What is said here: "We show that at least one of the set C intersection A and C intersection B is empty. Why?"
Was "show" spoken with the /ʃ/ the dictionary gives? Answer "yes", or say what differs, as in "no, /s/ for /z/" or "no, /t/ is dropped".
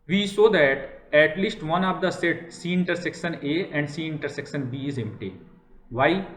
no, /s/ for /ʃ/